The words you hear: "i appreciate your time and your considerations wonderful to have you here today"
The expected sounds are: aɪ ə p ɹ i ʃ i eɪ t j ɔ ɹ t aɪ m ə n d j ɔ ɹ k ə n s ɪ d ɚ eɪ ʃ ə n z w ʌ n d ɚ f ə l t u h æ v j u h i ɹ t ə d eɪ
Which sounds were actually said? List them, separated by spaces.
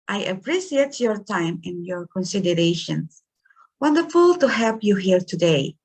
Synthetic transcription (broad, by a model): aɪ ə p ɹ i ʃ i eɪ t j ɔ ɹ t aɪ m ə n j ɔ ɹ k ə n s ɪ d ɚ eɪ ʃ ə n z w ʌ n d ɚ f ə l t u h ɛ p j u h i ɹ t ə d eɪ